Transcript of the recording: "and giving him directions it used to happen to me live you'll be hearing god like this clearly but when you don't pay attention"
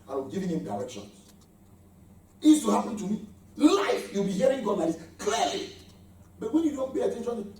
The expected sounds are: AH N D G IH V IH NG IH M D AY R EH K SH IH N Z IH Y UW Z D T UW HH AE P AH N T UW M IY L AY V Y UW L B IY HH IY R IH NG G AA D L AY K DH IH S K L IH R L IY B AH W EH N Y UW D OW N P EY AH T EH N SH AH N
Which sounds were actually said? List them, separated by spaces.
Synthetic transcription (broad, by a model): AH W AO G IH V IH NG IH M D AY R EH K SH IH N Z IH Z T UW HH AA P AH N T UW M IY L AY F Y UW L B IY HH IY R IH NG G AA D N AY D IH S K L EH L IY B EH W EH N Y UW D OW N P EY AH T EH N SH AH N